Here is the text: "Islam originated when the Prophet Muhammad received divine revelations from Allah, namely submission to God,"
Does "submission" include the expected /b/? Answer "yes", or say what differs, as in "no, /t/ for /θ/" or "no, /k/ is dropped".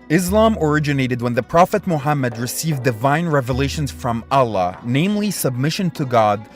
yes